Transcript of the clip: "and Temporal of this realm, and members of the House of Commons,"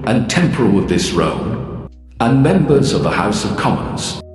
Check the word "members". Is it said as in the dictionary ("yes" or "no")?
yes